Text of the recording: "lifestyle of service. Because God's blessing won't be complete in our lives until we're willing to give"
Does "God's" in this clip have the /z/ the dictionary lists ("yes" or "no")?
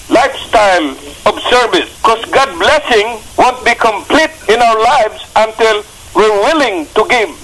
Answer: no